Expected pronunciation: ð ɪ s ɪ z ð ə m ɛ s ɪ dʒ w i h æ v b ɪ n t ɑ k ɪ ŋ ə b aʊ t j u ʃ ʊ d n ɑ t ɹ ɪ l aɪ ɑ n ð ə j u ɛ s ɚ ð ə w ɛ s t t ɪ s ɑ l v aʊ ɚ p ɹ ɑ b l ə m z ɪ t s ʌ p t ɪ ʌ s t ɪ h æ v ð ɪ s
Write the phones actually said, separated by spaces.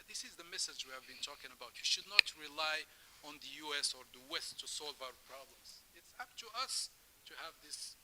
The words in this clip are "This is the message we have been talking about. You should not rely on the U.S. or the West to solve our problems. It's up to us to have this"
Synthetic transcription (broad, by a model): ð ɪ s ɪ z ð ə m ɛ s ɪ dʒ w i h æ v b ɪ n t ɑ k ɪ ŋ ə b aʊ t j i ʃ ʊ d n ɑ t ɹ ɪ l aɪ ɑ n ð ə j u ɛ s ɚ ð ə w ɛ s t t ɪ s ɑ l v aʊ ɚ p ɹ ɑ b l ə m z ɪ t s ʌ p t ɪ ʌ s t ɪ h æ v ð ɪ s